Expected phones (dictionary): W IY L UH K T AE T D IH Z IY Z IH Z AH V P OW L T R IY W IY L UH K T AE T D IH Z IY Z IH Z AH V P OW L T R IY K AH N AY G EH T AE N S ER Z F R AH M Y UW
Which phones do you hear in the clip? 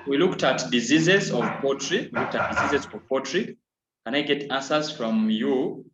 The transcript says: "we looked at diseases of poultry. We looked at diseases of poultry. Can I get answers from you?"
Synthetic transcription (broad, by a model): W IY L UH K T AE T D IH Z IY Z IH Z AH V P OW T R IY W IY L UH K T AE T D IH Z IY Z IH Z AH V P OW T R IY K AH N AY G EH T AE S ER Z F R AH M Y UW